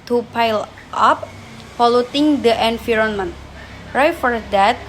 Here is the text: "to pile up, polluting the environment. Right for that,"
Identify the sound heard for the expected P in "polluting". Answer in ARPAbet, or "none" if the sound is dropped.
F